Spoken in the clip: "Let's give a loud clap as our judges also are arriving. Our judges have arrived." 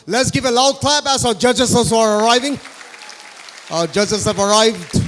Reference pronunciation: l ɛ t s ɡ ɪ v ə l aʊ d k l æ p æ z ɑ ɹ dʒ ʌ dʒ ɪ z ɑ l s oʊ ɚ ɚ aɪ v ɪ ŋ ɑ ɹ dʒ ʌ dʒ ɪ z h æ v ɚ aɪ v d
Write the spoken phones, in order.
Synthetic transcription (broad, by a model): l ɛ t s ɡ ɪ v ə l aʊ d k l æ b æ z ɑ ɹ dʒ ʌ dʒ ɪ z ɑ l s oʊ ɚ ɚ aɪ v ɪ ŋ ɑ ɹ dʒ ʌ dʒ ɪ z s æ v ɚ aɪ v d